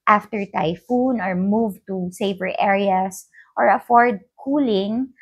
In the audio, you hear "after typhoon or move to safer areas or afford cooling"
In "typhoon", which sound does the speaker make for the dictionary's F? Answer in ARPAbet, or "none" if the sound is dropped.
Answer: F